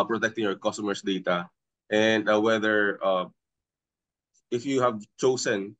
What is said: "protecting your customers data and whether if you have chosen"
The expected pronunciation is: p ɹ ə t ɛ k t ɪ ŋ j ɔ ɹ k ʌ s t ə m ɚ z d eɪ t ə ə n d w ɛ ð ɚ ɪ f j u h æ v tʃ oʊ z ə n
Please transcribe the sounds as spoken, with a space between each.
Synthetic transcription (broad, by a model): p ɹ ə t ɛ k t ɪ ŋ j ɔ ɹ k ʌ s t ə m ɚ s d eɪ t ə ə n d w ɛ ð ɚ ɪ f j u h æ v tʃ oʊ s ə n